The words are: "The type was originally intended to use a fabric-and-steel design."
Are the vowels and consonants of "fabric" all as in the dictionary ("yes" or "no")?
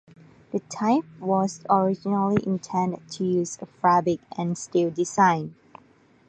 no